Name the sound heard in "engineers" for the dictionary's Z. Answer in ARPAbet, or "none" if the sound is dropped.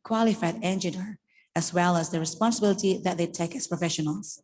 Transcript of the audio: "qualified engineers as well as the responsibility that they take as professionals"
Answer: none